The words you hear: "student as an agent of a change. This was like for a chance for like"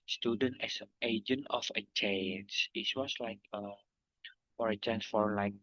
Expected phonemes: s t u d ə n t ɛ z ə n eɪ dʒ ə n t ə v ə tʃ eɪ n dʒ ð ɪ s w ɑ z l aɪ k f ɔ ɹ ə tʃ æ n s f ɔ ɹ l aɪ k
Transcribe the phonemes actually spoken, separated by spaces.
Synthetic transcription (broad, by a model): s t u d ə n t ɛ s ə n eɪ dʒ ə n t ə f ə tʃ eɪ n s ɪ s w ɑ s l aɪ k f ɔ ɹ ə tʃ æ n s f ɔ ɹ l aɪ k